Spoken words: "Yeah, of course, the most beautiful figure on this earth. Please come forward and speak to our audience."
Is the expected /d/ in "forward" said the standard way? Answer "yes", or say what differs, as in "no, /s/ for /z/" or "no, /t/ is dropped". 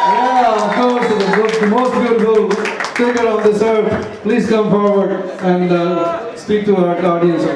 yes